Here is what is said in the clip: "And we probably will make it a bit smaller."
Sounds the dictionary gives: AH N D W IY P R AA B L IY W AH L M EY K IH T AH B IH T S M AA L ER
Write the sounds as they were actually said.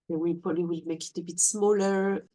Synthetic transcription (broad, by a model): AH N W IY P AA L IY W AH L M EY K IH T AH B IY T S M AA L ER